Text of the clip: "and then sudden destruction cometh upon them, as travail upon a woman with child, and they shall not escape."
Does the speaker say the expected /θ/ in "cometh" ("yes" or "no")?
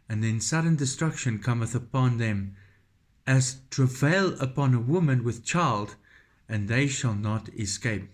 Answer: yes